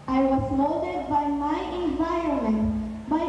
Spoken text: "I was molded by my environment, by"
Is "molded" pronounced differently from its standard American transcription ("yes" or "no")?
yes